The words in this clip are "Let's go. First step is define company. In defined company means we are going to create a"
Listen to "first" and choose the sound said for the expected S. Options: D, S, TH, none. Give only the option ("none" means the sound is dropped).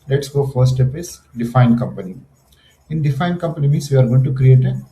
none